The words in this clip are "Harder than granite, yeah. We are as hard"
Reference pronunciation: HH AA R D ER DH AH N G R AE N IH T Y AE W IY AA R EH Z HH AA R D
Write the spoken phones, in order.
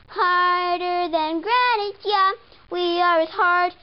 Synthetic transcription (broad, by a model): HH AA R D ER DH AH N G R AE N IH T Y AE W IY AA W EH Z HH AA R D